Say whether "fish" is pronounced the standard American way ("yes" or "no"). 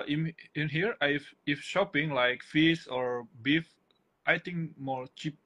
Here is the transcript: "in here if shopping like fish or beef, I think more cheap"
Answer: no